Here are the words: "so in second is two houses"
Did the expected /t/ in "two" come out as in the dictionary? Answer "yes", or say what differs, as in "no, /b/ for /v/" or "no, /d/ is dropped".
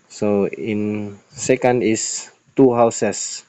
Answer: yes